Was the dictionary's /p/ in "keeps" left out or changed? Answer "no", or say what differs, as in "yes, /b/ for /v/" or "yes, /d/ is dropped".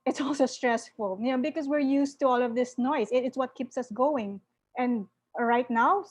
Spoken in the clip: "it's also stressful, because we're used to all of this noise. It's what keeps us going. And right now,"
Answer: no